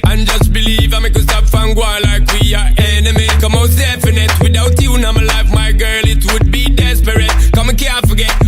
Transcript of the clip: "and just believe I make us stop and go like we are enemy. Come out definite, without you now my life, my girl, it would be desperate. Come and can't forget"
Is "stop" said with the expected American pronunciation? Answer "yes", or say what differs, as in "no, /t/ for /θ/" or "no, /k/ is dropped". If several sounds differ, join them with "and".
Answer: no, /f/ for /p/